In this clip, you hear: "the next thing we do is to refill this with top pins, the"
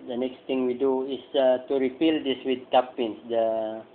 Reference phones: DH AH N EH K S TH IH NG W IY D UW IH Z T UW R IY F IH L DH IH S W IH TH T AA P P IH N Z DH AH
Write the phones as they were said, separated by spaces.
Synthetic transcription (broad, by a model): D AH N EH K S T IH NG W IY D UW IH S T UW R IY P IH L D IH S W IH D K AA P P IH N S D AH